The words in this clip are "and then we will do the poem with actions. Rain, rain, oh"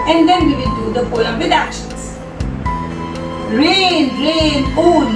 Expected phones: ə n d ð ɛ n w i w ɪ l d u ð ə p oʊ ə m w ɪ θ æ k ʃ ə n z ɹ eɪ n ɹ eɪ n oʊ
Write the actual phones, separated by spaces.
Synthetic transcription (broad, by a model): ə n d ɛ n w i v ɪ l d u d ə f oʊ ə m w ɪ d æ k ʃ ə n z ɹ eɪ n ɹ eɪ n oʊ